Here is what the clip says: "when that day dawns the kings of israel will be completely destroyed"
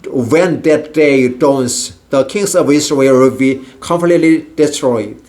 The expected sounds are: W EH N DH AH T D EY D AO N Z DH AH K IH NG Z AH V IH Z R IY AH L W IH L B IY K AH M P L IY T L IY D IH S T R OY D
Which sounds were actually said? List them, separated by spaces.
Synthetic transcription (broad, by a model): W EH N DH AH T D EY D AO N S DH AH K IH NG S AH V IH S R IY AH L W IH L B IY K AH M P L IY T L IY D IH S T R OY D